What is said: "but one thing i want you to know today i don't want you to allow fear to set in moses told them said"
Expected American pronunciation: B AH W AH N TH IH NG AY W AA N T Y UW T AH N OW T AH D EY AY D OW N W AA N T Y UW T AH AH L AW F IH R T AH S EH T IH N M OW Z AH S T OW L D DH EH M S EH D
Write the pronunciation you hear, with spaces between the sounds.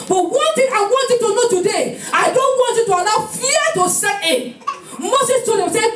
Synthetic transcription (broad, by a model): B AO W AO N T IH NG AY W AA N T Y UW T AH N OW T AH D EY AY D OW N W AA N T Y UW T AH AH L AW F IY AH T AH S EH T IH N M OW S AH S T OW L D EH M S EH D